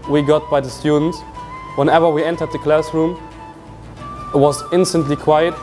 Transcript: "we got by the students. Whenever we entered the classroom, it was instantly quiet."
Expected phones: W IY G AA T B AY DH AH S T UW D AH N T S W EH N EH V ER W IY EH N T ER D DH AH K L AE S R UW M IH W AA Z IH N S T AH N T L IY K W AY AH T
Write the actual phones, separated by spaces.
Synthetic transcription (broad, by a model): W IY G AA T B AY DH AH S T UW D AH N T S W EH N EH V ER W IY EH N T ER D DH AH K L AE S R UW M IH W AA Z IH N S T AH N T L IY K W AY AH T